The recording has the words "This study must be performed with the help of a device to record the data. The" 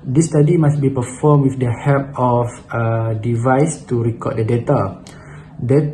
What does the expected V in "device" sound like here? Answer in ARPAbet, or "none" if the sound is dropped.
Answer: V